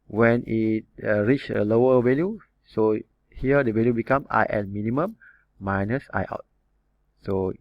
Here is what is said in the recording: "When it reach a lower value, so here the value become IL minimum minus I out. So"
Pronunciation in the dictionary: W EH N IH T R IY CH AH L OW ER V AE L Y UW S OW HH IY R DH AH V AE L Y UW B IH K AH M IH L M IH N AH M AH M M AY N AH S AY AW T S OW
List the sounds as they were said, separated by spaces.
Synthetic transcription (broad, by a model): W EH N IH T R IY CH AH L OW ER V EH L Y UW S OW HH IY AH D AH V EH L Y UW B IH K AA M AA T M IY N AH M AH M M AY N AH S AY AW T S OW